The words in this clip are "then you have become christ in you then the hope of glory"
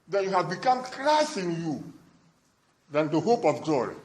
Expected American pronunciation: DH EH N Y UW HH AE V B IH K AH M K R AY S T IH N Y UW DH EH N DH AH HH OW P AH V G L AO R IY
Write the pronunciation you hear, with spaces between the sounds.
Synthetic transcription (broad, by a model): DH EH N Y UW HH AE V B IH K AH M K R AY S IH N Y UW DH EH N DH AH HH OW P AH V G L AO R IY